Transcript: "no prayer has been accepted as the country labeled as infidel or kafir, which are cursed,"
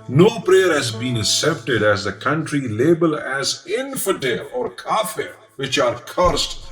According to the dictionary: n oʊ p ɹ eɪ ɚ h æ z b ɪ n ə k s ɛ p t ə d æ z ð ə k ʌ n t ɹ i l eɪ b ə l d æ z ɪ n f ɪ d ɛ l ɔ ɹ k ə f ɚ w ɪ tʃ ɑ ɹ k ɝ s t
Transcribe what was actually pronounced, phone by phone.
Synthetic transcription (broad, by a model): n oʊ p ɹ eɪ ɚ h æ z b ɪ n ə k s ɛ p t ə d æ z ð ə k ʌ n t ɹ i l eɪ b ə l æ z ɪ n f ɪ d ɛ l ɔ ɹ k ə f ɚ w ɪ tʃ ɑ ɹ k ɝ s t